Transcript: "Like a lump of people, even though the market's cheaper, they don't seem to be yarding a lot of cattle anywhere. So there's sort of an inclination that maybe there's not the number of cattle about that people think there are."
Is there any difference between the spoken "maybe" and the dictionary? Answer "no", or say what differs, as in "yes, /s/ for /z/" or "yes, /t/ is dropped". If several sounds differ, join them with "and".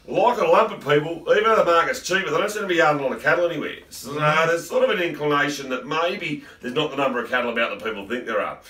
no